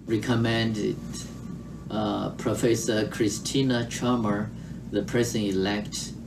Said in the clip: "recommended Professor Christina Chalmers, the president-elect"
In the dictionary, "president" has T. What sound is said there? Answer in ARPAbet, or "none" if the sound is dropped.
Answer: none